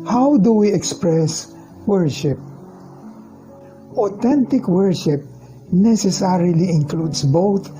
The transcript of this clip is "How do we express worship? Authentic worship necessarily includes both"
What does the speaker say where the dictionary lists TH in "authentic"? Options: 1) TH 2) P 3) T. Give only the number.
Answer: 3